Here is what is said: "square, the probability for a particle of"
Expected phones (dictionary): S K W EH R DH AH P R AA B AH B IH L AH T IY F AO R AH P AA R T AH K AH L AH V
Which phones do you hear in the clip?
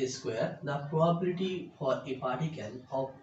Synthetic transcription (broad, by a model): S K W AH R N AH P R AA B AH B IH L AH T IY F AO R AH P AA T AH K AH N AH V